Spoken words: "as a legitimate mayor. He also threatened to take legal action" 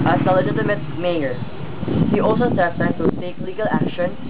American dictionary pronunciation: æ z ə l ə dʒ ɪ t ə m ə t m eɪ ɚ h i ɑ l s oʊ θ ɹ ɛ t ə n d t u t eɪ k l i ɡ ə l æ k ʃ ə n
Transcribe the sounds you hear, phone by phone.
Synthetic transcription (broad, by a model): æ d ə l ə dʒ ɪ t ə m ə t m eɪ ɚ h i ɑ l s oʊ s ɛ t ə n t u s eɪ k l i ɡ ə l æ k ʃ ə n